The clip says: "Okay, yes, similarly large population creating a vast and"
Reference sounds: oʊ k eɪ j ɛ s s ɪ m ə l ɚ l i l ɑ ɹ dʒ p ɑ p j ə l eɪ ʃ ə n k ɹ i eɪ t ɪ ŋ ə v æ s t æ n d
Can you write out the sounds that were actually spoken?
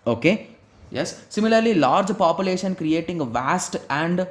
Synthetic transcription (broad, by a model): oʊ k eɪ j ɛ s s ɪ m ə l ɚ l i l ɑ ɹ dʒ p ɑ p j ə l eɪ ʃ ə n k ɹ i eɪ t ɪ ŋ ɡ v æ s t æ n d